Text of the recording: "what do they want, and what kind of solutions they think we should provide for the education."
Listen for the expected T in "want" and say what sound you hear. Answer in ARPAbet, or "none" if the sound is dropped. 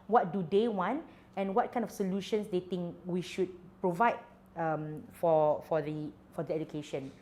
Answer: T